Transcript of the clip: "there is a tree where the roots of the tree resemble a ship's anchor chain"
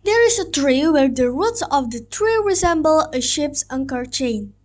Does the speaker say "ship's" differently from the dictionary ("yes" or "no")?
no